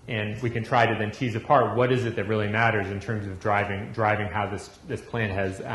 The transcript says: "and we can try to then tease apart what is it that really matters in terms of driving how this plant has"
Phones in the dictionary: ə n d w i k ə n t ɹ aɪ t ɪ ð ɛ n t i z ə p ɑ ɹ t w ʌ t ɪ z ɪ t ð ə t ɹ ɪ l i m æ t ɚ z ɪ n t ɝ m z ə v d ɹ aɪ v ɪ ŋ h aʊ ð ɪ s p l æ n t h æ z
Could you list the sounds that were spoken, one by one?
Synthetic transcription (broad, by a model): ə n w i k ə n t ɹ aɪ t ɪ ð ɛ n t i z ə p ɑ ɹ t w ʌ t ɪ z ɪ t ð ə t ɹ ɪ l i m æ t ɚ z ɪ n t ɝ m z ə v d ɹ aɪ v ɪ ŋ h aʊ ð ɪ s p l æ n t h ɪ z